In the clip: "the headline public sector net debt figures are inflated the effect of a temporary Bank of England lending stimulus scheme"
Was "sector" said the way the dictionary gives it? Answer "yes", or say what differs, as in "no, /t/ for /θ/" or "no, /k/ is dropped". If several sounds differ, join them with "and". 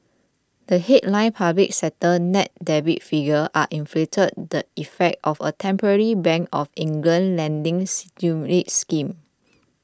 no, /k/ is dropped